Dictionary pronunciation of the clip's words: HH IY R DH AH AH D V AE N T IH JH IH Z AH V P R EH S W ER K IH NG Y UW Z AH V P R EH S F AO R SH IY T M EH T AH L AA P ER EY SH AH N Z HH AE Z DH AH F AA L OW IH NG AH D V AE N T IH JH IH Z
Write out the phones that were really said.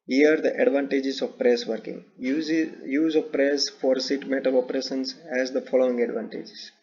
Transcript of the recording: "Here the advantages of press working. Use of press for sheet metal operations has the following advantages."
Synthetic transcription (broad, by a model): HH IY R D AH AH D V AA N T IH JH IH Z AH V P R EH S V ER K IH NG Y UW Z AH V P R EH S F AO R S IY T M EH T AH L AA P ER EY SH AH N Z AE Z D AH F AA L OW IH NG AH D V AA N T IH JH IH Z